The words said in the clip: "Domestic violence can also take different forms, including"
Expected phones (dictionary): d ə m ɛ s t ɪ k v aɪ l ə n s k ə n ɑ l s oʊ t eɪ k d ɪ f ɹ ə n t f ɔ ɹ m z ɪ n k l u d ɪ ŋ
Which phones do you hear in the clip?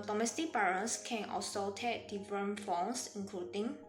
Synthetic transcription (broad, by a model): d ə m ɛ s t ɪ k b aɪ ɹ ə s k ə n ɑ s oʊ t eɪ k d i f ɹ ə n f ɔ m s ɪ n k l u d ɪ ŋ